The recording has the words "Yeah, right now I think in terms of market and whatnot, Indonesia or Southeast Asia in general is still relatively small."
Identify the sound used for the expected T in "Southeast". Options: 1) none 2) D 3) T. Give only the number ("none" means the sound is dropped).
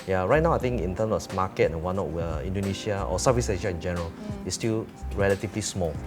1